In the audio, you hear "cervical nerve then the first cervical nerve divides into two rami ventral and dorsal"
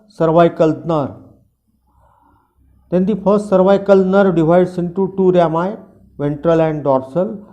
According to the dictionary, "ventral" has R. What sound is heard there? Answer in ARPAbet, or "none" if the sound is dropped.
R